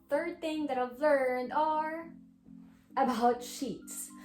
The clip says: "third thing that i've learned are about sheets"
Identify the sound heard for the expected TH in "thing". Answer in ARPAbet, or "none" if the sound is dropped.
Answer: TH